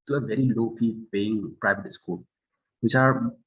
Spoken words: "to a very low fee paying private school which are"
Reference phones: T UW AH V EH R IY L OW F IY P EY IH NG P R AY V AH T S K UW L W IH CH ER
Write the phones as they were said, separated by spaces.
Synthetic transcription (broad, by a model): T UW AH V EH R IY L OW P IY P EY IH NG P R AY V AH T S K UW L W IH CH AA